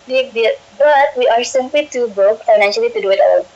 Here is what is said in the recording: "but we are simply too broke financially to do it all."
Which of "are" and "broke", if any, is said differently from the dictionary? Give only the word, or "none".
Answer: broke